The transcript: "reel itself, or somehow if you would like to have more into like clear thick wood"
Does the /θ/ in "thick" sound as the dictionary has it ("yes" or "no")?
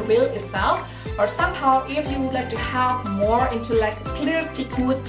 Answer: no